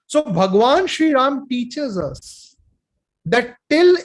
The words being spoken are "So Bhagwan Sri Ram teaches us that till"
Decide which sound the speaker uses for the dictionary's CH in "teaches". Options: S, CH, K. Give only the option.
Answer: CH